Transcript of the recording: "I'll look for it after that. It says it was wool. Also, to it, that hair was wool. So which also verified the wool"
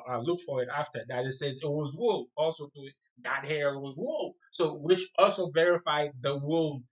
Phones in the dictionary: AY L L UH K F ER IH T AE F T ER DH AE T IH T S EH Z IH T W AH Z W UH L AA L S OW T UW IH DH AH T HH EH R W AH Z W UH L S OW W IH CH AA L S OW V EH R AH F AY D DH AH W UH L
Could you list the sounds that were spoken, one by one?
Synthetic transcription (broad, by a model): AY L L UH K F ER IH T AE F T ER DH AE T IH T S EH Z IH T W AH Z W UH L AA L S OW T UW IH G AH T HH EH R W AH Z W UH L S OW W IH CH AA L S OW V EH R AH F AY D DH AH W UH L